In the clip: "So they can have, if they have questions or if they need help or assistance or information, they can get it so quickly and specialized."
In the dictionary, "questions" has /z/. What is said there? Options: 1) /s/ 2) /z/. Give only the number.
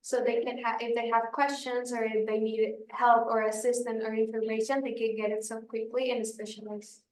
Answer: 2